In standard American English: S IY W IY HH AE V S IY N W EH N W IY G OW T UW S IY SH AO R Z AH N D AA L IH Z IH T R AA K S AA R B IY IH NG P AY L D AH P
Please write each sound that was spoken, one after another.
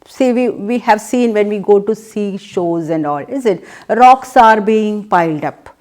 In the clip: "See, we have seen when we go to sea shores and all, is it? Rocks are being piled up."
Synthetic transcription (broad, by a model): S IY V IY HH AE V S IY N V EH N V IY G OW T UW S IY SH AO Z AH N D AA L IH Z IH T R AA K S AA R B IY IH NG P AY L D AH P